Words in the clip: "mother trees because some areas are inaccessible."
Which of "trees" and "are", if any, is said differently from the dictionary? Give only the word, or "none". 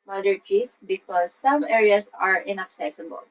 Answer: trees